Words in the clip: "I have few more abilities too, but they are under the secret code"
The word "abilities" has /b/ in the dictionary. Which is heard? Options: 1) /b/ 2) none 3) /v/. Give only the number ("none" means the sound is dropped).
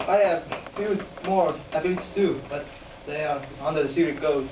2